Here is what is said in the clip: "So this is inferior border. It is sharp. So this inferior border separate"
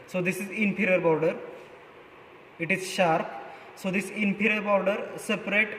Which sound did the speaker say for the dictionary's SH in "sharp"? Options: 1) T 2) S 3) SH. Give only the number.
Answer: 3